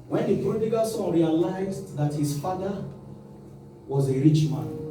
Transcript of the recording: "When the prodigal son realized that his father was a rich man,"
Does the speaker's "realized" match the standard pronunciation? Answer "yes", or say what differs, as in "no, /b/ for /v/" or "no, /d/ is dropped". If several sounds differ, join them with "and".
yes